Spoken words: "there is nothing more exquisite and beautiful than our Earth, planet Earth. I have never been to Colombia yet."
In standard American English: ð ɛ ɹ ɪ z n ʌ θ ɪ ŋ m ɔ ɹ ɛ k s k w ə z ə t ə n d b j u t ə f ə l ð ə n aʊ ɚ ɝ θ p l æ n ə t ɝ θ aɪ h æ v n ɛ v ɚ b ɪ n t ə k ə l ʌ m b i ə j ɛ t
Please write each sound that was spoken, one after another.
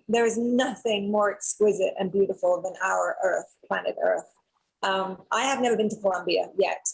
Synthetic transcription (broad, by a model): ð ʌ ɹ ɪ z n ʌ θ ɪ ŋ m ɔ ɹ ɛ k s k w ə z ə t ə n b j u t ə f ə l ð ə n aʊ ɚ ɝ θ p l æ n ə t ɝ θ aɪ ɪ v n ɛ v ɚ b ɪ n t ə k ə l ʌ m b i ə j ɛ t